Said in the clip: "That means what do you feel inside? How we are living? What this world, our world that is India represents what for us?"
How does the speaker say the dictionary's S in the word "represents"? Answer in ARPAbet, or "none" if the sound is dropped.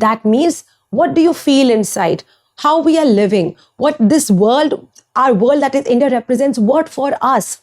S